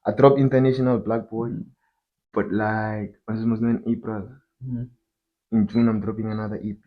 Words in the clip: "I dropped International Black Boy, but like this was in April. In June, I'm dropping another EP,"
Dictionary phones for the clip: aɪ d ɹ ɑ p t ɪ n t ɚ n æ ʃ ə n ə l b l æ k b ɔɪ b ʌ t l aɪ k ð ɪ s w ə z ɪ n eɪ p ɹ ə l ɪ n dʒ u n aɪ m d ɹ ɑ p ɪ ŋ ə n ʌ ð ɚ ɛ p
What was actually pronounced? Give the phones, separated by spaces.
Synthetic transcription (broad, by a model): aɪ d ɹ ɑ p ɪ n t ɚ n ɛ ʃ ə n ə l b l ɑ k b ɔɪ b ʌ t l aɪ k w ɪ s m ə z ɪ n eɪ p ɹ ə l ɪ n dʒ u n aɪ m d ɹ ɑ p ɪ ŋ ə n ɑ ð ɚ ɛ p